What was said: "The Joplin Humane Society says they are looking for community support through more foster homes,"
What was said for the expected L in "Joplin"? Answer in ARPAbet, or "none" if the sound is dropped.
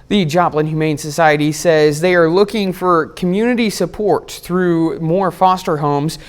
L